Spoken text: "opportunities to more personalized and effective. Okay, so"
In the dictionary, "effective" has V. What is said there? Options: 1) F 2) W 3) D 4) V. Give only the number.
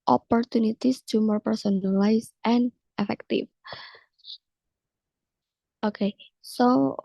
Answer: 1